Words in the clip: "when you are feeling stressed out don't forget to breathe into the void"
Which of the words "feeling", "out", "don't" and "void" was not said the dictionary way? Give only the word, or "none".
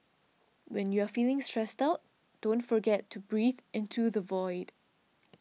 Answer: none